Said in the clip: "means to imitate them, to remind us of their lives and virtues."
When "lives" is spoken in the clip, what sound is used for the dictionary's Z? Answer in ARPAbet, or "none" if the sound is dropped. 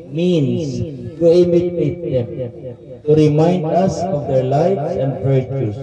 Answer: S